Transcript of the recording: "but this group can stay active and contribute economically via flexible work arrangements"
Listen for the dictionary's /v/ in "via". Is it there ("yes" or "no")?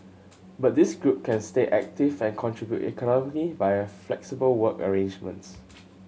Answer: no